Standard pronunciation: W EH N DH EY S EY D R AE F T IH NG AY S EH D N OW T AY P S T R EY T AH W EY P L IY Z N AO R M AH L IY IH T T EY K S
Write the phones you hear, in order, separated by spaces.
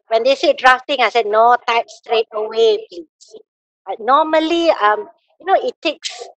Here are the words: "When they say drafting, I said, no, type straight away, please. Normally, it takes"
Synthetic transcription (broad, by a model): W EH N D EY S EY D R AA F T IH NG AY S EH D N OW T AY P S T R EY T AH W EY P L IY S N AO L M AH N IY IH T T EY K S